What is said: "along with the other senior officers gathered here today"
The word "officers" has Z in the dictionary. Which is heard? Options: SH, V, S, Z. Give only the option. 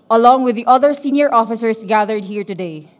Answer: S